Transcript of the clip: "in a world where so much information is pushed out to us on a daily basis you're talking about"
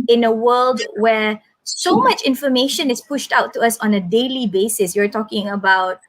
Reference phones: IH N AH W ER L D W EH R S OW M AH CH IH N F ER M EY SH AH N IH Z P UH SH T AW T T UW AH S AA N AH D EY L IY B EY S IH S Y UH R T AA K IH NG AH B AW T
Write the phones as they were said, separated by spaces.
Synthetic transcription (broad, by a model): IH N AH W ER L D W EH S OW M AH CH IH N F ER M EY SH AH N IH S P UH SH T AW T T UW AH S AA N AH D EY L IY B EY S IH S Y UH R T AA K IH NG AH B AW T